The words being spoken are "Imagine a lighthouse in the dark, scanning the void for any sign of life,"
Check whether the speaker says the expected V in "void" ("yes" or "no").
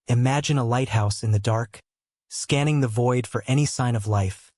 yes